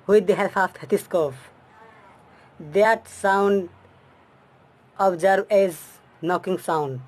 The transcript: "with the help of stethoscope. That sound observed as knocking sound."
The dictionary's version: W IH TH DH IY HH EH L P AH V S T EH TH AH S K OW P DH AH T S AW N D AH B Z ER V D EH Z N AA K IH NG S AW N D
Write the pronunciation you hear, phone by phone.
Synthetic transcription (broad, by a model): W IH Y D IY HH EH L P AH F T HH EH T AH S K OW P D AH T S AW N D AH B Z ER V EH Z N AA K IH NG S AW N D